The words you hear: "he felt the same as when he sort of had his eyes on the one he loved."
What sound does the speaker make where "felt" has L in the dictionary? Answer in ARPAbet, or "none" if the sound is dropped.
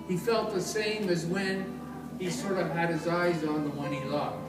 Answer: L